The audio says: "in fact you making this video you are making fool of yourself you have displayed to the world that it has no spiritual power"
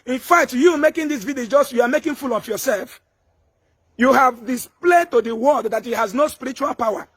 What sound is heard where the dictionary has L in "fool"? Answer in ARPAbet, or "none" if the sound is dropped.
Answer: L